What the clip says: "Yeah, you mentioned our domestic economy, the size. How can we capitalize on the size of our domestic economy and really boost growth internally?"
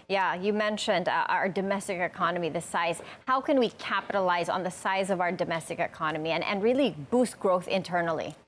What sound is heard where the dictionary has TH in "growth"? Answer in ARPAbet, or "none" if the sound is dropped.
TH